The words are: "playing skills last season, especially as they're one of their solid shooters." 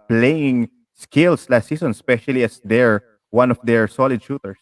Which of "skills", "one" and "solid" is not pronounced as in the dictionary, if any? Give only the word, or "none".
skills